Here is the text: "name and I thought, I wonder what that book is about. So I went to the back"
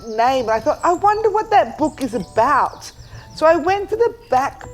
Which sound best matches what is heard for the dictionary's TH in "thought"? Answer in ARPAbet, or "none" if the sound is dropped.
TH